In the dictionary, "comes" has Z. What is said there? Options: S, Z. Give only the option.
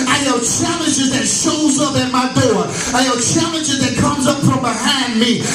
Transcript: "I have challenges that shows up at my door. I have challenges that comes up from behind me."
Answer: Z